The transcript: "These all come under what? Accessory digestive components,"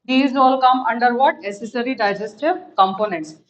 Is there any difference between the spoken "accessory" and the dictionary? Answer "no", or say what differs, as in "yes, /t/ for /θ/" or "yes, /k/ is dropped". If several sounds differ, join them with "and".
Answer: yes, /k/ is dropped